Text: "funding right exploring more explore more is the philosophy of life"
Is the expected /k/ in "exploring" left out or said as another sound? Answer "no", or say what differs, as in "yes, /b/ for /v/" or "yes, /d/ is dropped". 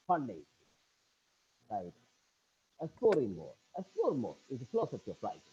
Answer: yes, /k/ is dropped